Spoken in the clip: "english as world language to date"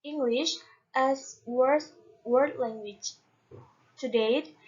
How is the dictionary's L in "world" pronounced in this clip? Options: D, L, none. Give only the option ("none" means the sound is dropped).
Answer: none